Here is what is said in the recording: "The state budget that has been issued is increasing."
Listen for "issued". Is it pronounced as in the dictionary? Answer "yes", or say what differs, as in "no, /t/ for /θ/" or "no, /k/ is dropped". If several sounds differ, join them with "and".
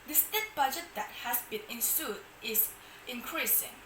no, /s/ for /ʃ/